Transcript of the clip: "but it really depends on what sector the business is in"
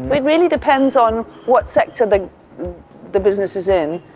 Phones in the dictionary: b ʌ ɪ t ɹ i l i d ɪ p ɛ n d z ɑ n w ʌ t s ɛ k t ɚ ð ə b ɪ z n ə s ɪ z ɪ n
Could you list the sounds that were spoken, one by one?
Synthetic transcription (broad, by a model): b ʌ ɪ t ɹ i l i d ɪ p ɛ n d z n w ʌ t s ɛ k t ɚ ð ə b ɪ z n ə s ɪ z ɪ n